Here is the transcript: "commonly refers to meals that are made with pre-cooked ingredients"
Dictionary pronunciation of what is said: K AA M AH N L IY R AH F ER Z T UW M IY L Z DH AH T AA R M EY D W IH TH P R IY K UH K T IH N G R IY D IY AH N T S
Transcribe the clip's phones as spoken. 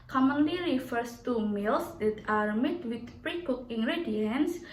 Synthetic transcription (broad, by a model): K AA M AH N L IY R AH F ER S T UW M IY L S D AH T AA R M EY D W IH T P R IY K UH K IH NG G R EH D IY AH N S